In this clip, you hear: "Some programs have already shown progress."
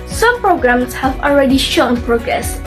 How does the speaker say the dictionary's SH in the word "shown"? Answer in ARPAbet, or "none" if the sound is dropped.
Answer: SH